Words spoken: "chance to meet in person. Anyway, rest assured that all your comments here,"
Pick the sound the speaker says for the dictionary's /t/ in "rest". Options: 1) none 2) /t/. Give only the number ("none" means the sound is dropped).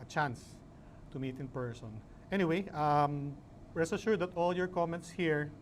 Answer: 1